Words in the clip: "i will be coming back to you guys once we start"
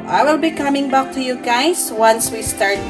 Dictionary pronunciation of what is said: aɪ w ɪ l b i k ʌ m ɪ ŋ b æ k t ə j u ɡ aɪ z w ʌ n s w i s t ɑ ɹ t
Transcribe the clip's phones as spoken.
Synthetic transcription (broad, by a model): aɪ w ɪ l b i k ʌ m ɪ ŋ b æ k t ə j u ɡ aɪ s w ʌ n s w i s t ɑ ɹ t